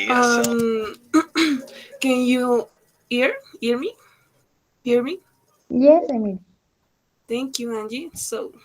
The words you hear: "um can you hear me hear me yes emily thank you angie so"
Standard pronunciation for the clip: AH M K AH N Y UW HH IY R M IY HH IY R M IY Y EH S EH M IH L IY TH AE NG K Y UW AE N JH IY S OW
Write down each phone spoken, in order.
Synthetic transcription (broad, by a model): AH M K AH N Y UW HH IY R M IY HH IY R M IY Y EH S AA IH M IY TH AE NG K Y UW AE N JH IY S OW